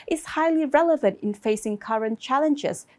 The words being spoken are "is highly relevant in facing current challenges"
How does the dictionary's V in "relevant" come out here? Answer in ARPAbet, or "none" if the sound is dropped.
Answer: V